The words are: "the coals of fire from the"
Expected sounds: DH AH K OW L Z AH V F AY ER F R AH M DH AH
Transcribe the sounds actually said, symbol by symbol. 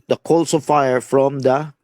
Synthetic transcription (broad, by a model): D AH K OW L S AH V F AY ER F R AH M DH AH